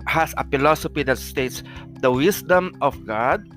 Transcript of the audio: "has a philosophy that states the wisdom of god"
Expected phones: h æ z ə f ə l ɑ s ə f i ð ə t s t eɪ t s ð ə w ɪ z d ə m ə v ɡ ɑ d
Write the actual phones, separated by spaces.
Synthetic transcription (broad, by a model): h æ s ə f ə l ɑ s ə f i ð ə t s t eɪ t s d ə w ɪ s d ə m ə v ɡ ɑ d